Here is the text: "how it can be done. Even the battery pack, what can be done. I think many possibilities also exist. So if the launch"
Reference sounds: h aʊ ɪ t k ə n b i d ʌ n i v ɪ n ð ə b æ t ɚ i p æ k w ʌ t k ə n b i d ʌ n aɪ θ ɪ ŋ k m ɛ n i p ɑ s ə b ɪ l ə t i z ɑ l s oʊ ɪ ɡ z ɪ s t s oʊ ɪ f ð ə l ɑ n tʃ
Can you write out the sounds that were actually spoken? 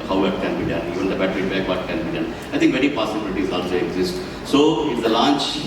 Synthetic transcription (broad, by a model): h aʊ ɪ t k ə n b i d ʌ n i v ɪ n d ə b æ t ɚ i b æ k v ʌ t k ə n b i d ʌ n aɪ t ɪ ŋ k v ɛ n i p ɑ s ə b ɪ l ə t i z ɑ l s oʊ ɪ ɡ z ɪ s t s oʊ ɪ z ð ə l ɑ n tʃ